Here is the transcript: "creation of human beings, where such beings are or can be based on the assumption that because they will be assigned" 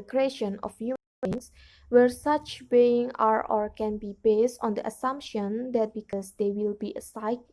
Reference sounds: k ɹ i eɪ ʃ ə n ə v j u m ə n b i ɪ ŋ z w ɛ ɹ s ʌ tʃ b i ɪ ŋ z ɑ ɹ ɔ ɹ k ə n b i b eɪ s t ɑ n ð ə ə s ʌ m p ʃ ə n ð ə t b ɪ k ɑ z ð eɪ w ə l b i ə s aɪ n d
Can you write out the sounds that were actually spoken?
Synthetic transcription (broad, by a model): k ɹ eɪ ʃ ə n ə f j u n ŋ s w ɛ ɹ s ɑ tʃ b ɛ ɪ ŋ ɑ ɹ ɔ ɹ k ə n b i b eɪ s t ɑ n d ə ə s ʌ m p ʃ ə n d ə t b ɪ k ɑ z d eɪ w ə l b i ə s aɪ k